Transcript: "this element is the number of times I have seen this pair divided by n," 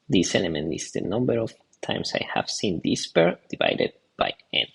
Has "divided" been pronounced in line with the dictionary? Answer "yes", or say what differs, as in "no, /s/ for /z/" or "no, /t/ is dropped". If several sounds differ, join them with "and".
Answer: yes